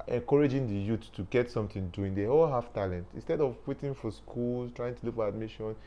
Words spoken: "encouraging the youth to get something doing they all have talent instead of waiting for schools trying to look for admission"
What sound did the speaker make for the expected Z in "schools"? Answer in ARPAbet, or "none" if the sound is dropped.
none